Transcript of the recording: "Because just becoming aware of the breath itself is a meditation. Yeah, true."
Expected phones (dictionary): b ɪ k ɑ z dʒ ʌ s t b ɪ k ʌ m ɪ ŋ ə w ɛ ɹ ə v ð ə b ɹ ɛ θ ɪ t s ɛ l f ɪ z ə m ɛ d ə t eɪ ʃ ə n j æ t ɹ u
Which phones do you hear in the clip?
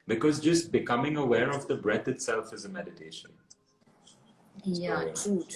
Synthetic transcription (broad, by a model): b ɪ k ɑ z dʒ ʌ s t b ɪ k ʌ m ɪ ŋ ə w ɛ ɹ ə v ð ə b ɹ ɛ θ ɪ t s ɛ l f ɪ z ə m ɛ d ə t eɪ ʃ ə n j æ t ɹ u